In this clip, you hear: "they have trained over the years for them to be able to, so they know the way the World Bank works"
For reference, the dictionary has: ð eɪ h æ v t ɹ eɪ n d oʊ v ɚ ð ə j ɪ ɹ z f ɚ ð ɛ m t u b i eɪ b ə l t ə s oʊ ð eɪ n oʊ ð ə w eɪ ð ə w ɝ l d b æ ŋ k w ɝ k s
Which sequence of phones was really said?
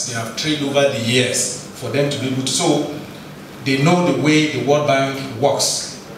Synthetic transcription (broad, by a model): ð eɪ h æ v t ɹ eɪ d oʊ v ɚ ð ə j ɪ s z f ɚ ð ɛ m t u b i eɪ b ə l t s oʊ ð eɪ n oʊ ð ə w eɪ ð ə w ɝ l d b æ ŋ k w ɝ k s